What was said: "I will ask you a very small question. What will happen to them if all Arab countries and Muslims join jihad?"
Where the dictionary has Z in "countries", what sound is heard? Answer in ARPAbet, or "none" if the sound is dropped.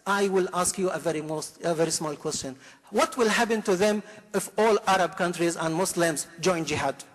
Z